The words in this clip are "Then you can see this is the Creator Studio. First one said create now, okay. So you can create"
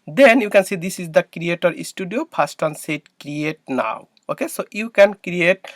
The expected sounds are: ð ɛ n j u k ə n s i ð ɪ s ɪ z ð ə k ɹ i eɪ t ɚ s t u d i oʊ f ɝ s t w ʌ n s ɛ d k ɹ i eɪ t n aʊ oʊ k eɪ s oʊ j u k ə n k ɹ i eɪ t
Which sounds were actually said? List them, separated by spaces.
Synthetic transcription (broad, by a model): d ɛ n j u k ə n s i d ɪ s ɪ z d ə k ɹ i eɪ t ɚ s t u d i oʊ p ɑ s t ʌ n s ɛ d k ɹ i eɪ t n aʊ oʊ k eɪ s oʊ j u k ə n k ɹ i eɪ t